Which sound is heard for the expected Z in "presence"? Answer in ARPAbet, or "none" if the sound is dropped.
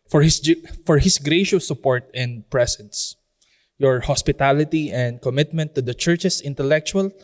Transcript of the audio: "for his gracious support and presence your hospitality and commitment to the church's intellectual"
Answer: S